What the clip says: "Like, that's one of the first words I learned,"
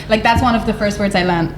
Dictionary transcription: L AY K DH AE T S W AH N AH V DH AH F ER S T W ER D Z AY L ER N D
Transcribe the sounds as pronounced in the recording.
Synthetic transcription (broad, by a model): L AY K DH AE T S W AH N AH V DH AH F ER S T W ER D Z AY L ER N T